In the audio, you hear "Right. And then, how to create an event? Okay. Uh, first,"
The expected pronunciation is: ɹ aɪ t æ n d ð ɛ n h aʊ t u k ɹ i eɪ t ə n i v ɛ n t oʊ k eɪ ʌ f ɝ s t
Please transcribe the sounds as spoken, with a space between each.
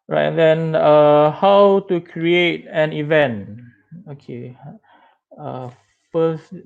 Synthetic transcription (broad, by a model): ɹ aɪ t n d ɛ n h aʊ t u k ɹ i eɪ t ə n i v ɛ n t oʊ k eɪ ʌ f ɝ s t